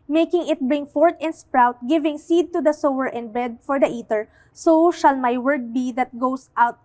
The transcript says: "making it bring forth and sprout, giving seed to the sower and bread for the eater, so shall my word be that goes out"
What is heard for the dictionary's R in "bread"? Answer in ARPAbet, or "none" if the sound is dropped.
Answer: none